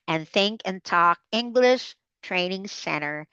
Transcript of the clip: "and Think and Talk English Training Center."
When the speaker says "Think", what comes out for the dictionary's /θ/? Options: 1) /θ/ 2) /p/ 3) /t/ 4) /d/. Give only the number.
1